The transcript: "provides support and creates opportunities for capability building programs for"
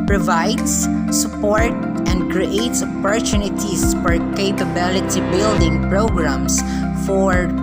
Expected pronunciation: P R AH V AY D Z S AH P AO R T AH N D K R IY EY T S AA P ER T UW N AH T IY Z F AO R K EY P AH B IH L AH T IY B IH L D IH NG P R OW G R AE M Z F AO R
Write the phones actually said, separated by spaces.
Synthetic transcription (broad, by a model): P R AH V AY D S S AH P AO R T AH N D K R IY EY T S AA P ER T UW N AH T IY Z F AO R K EY P AH B IH L AH T IY B IH L D IH NG P R OW G R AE M S F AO R